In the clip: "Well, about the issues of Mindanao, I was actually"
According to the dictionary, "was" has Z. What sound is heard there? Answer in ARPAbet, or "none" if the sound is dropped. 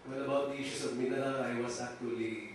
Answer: S